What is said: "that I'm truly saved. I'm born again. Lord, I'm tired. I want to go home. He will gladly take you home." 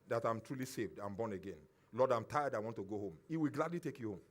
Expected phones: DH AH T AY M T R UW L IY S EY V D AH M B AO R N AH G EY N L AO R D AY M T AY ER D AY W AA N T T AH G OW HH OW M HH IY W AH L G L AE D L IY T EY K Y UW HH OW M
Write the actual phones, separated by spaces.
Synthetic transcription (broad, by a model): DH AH T AY M T R UW L IY S EY V D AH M B AO N AH G EY N L AO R D AY M T AY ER D AY W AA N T T AH G OW HH OW M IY W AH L G L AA D L IY T EY K Y UW HH OW M